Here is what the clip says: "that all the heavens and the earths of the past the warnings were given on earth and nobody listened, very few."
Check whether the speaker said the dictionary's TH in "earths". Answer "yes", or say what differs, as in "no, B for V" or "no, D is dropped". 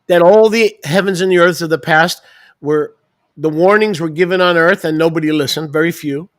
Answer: yes